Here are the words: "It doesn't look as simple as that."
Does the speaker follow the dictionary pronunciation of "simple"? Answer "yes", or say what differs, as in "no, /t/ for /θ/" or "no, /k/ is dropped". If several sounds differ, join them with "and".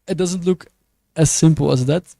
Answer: yes